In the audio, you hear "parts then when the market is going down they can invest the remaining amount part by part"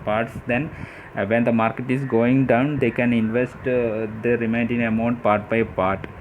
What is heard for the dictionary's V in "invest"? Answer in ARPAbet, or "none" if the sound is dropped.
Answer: V